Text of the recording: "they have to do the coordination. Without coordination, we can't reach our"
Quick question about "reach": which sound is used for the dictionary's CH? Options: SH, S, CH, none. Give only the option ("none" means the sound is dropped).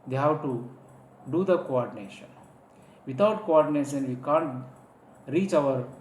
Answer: CH